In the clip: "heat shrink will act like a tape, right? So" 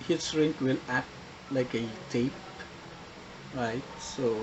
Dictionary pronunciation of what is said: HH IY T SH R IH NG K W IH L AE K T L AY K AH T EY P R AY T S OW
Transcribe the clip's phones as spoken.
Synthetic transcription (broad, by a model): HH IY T S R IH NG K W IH L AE T L AY K AH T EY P R AY T S OW